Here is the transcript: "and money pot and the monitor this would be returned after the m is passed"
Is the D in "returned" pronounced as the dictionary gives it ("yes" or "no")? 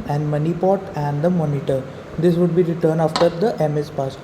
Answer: no